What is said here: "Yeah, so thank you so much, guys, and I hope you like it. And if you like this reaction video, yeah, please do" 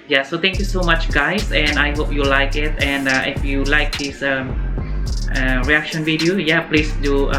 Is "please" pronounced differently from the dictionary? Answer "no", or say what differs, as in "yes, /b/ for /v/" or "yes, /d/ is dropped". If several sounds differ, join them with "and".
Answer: yes, /s/ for /z/